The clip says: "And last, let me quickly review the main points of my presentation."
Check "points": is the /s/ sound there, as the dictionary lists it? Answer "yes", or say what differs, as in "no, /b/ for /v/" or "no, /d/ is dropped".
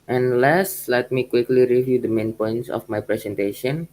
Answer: yes